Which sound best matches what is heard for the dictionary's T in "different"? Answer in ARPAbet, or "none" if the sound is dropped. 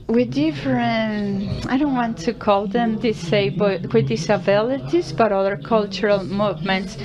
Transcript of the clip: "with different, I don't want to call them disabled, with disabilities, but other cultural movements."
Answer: none